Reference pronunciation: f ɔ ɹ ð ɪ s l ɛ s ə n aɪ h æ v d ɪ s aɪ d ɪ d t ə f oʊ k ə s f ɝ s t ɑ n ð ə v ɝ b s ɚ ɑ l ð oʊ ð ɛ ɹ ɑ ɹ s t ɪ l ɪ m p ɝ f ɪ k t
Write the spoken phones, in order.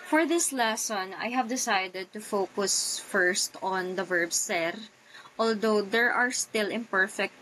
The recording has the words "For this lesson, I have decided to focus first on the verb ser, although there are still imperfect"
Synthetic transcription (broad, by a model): f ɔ ɹ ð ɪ s l ɛ s ə n aɪ h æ v d ɪ s aɪ d ɪ d t ə f oʊ k ə s f ɝ s t ɑ n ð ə v ɝ b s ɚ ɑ l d oʊ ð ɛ ɹ ɑ ɹ s t ɪ l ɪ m p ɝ f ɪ k t